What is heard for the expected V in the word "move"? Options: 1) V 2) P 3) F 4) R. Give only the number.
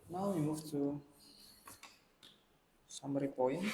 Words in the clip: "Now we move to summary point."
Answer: 3